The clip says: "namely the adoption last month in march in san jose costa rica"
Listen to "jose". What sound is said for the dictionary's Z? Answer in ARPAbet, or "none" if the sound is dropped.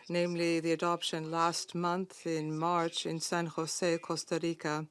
S